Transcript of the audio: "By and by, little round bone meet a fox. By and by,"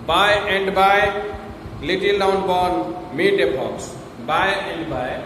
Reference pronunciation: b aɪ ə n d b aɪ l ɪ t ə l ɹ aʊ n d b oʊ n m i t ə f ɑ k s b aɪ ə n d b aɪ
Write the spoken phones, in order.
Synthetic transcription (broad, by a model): b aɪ ə n d b aɪ l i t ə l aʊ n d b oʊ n m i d ə p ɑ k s b aɪ ə n d b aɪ